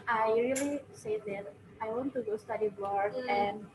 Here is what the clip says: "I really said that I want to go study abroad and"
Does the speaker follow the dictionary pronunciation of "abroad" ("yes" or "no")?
no